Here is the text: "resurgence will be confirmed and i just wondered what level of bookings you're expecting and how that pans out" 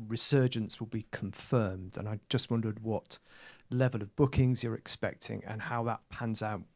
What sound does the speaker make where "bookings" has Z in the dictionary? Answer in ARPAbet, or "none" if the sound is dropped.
Z